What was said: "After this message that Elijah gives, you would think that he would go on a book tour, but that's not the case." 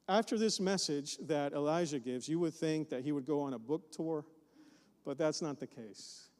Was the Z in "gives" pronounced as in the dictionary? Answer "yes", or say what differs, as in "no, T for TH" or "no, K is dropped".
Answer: yes